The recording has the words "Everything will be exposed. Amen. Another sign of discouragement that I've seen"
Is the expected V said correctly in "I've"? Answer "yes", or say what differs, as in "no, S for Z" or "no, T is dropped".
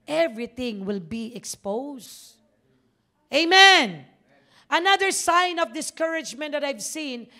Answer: yes